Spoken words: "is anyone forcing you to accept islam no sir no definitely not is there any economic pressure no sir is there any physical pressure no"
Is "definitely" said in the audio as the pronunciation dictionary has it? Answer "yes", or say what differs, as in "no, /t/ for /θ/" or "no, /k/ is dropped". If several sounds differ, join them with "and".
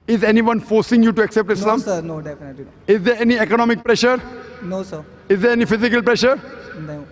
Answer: no, /l/ is dropped